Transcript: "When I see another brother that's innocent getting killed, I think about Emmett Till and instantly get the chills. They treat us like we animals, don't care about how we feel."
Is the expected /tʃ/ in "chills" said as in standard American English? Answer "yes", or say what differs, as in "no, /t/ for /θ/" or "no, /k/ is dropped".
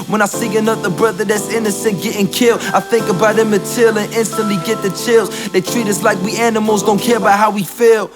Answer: yes